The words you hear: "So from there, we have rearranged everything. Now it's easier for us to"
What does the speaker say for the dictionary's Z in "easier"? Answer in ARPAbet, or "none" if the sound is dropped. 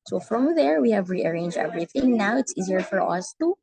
Z